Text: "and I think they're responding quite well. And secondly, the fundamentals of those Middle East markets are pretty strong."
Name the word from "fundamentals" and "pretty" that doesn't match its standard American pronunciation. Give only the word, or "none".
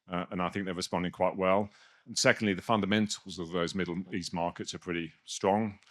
none